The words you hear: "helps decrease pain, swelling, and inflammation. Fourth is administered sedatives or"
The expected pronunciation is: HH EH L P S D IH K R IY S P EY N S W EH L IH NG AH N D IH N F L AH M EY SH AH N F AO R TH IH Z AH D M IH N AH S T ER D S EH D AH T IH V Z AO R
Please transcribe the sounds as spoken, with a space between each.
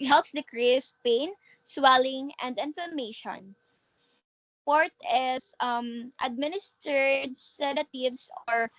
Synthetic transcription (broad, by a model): HH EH L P S D IH K R IY S P EY N S W EH L IH NG AH N D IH N F AH M EY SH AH N P AO R T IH S AH D M IH N AH S T ER D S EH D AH T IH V S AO R